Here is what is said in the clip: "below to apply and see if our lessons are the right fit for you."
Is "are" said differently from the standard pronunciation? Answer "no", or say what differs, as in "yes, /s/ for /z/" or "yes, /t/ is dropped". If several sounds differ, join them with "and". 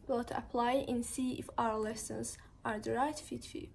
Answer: no